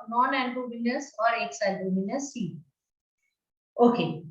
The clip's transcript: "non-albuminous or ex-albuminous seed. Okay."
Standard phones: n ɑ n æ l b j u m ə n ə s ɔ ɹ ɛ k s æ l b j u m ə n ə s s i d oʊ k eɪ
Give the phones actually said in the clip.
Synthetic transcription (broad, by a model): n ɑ n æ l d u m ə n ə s ɔ ɹ ɛ k s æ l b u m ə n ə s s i oʊ k eɪ